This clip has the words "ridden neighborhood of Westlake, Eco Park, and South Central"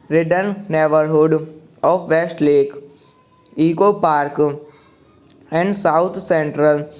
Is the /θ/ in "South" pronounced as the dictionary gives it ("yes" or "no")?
no